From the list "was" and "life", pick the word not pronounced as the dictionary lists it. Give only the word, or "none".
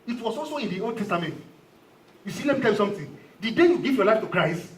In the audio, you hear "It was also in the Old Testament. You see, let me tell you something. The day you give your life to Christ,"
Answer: was